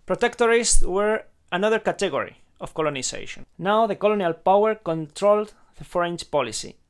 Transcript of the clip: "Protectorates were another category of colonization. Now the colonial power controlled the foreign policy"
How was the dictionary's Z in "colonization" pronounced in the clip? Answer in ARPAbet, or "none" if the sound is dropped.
S